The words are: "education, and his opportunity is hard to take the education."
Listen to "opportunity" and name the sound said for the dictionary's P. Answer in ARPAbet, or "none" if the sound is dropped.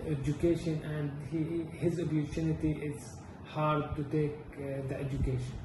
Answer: B